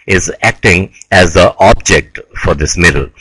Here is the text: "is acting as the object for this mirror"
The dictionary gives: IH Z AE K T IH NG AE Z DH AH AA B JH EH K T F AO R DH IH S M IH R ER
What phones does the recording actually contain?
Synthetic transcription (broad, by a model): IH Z AE K T IH NG AE Z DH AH AA B JH EH K T F AO R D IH S M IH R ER